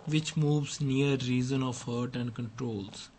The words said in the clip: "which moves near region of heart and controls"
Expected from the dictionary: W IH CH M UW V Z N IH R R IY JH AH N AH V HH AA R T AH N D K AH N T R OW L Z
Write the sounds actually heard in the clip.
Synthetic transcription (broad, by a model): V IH CH M UW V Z N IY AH R IY Z AH N AH V HH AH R T AH N D K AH N T R OW L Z